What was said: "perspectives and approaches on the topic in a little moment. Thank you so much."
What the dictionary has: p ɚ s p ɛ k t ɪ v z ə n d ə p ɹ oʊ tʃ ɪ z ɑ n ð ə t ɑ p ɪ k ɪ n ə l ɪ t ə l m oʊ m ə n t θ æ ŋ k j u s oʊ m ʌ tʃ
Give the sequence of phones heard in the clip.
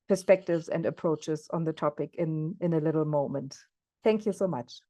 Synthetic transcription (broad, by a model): p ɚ s p ɛ k t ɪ v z ə n d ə p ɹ oʊ tʃ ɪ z ɑ n ð ə t ɑ p ɪ k ɪ n ə l ɪ t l m oʊ m ə n t θ æ ŋ k j u s oʊ m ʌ tʃ